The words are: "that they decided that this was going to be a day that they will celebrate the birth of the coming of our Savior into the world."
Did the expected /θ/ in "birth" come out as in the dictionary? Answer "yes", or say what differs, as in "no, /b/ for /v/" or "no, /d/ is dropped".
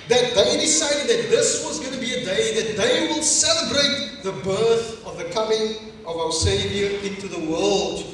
yes